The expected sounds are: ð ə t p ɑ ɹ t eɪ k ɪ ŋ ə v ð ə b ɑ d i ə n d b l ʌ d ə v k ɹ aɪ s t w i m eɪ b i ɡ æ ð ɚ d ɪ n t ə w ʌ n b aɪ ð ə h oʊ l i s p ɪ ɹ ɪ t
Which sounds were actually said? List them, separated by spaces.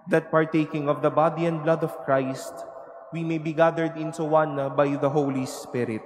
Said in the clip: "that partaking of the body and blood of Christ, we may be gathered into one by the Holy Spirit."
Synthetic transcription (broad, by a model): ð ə t p ɑ ɹ t eɪ k ɪ ŋ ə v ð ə b ɑ d i ə n d b l ʌ d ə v k ɹ aɪ s t w i m eɪ b i ɡ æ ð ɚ d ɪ n s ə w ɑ n b aɪ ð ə h oʊ l i s p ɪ ɹ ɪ t